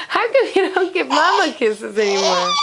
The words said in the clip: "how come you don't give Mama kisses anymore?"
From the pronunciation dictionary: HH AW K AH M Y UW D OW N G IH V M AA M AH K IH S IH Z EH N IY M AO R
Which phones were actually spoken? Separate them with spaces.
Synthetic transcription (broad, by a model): HH AW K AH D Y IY D OW N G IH P M AA M AH K IH S IH Z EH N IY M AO R